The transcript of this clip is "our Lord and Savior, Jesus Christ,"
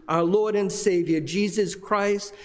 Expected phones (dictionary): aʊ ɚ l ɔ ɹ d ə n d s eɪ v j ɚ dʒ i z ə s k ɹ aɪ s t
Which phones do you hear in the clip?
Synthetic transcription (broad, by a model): aʊ ɚ l ɔ ɹ d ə n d s eɪ v j ɚ dʒ i z ə s k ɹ aɪ s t